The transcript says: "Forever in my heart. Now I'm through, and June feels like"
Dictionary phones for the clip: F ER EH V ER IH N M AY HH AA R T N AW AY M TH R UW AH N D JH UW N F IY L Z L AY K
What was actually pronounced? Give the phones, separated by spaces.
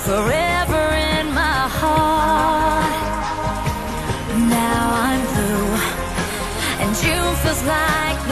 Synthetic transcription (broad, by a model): F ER EH V ER IH N M AY HH AA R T N AW AY M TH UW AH N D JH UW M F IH Z L AY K